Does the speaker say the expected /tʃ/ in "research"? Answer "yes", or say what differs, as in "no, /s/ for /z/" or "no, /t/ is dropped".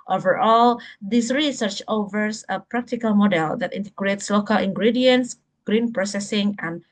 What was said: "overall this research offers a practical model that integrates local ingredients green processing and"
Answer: yes